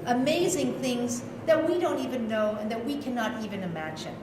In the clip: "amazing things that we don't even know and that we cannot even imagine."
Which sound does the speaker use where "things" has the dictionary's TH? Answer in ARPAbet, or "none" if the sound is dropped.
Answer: TH